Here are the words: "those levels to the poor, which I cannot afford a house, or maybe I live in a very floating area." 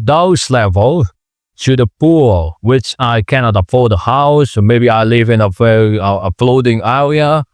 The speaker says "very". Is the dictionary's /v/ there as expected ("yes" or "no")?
no